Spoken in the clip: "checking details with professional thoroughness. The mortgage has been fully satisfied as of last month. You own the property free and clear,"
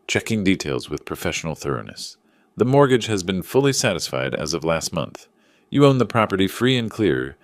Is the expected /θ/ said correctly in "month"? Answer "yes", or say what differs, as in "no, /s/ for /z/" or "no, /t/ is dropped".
yes